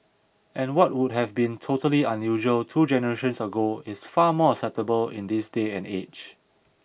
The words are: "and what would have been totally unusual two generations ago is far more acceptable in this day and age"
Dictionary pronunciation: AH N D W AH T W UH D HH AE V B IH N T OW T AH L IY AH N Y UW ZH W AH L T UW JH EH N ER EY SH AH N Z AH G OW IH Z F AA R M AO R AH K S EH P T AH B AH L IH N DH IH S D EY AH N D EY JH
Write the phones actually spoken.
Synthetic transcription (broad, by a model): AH N W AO T W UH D HH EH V B IH N T OW T AH L IY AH N Y UW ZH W AH L T UW JH EH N ER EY SH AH N S AH G OW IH S F AA M AO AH S EH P T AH B AH L IH N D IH S D EY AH N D EY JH